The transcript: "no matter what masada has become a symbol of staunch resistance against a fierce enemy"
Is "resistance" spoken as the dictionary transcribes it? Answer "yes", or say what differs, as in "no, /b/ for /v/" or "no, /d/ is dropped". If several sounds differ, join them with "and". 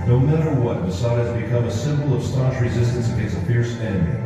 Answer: yes